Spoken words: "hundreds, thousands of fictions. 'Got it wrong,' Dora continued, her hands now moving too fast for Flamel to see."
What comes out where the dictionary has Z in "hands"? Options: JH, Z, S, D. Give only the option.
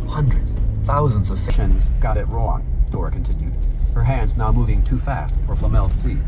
Z